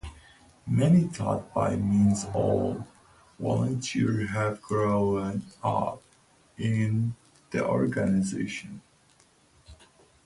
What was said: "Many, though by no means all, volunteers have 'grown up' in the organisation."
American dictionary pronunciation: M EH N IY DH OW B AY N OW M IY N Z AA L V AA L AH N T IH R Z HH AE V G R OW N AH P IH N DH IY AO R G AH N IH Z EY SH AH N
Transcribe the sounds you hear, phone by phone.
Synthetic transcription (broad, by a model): M EH N IY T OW B AY M IY N Z AA L W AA L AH N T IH R HH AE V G R OW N AH P IH N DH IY AO R G AH N IH Z EY SH AH N